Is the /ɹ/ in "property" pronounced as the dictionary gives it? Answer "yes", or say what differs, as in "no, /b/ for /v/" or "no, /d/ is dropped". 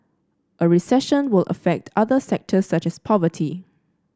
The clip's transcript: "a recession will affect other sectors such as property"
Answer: no, /ɹ/ is dropped